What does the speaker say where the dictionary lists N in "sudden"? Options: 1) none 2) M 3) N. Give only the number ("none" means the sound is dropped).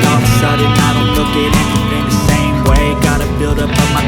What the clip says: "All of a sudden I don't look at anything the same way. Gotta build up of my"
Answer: 1